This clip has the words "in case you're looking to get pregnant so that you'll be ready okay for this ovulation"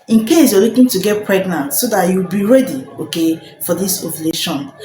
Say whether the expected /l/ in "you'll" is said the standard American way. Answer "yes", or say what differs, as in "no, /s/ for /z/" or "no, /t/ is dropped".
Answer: no, /w/ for /l/